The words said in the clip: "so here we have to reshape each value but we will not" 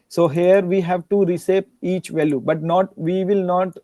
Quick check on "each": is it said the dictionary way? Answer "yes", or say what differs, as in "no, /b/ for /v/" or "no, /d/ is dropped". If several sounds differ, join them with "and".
yes